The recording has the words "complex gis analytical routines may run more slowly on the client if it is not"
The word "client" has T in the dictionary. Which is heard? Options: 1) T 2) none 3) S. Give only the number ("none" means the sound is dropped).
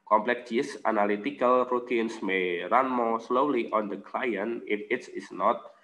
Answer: 2